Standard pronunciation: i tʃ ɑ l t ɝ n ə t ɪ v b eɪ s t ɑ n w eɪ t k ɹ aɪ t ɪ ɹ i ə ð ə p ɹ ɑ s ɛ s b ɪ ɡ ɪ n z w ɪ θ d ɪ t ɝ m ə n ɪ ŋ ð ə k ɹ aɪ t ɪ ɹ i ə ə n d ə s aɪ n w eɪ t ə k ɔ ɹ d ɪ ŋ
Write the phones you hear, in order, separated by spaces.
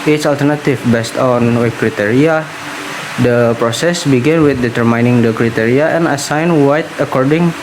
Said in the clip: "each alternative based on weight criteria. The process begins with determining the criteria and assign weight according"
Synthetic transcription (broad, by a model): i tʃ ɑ l t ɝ n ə t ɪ f b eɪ s t ɑ n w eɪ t k ɹ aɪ t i ɹ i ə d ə p ɹ ɑ s ɛ s b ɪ ɡ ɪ n w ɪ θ d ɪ t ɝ m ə n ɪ ŋ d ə k ɹ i t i ɹ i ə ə n ə s aɪ n w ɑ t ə k ɔ ɹ d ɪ ŋ